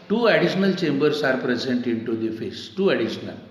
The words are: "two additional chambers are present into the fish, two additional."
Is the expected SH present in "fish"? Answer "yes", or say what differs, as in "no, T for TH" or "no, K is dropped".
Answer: no, S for SH